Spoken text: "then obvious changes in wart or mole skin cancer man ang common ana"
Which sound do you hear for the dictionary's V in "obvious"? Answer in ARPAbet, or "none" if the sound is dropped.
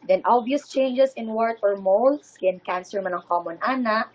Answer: none